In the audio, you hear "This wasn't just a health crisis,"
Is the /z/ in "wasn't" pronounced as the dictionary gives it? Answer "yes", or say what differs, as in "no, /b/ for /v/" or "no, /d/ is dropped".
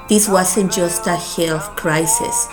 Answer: no, /s/ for /z/